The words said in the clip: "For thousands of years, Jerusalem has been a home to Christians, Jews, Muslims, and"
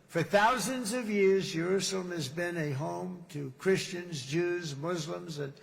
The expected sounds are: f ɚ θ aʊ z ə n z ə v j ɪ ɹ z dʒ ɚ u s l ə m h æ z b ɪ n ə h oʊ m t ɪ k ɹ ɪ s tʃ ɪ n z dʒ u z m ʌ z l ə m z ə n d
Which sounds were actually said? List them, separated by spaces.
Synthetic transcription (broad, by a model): f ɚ θ aʊ z ə n z ə v j ɪ ɹ z dʒ ɚ u s l ə m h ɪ z b ɪ n ə h oʊ m t ɪ k ɹ ɪ s tʃ ɪ n z dʒ u z m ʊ z l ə m z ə n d